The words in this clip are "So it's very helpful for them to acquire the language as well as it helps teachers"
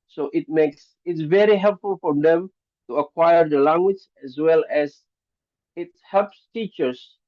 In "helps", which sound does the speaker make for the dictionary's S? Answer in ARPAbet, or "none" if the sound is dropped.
S